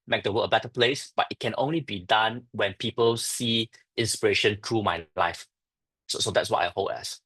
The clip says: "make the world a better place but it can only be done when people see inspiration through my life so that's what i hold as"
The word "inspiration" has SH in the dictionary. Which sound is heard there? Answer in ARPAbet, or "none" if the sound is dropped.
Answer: SH